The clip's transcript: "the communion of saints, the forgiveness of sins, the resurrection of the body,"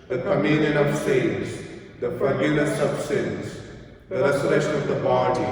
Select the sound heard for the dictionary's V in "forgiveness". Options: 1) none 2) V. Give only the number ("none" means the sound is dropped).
1